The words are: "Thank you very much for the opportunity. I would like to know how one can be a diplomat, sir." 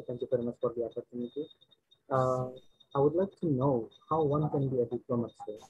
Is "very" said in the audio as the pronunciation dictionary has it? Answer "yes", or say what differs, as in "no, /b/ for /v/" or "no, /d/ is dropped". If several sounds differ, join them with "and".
no, /f/ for /v/